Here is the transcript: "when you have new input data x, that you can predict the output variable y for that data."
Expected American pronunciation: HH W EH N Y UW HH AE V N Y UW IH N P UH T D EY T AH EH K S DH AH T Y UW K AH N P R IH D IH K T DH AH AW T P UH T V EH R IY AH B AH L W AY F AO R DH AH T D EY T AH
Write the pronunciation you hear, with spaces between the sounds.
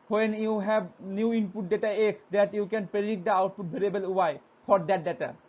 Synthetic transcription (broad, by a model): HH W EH N Y UW HH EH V N Y UW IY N P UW T D EY T AH EH K S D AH T Y UW K AH N P R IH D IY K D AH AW T P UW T B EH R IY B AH L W AY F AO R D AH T D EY T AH